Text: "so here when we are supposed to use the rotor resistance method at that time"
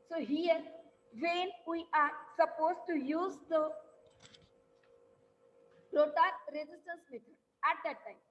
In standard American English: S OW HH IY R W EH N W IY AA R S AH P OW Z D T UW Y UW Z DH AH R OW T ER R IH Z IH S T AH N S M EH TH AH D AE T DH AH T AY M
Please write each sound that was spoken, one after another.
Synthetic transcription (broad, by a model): S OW HH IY R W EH N W IY AA R S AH P OW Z T UW Y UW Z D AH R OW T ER R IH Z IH S T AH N S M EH T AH AE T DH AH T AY M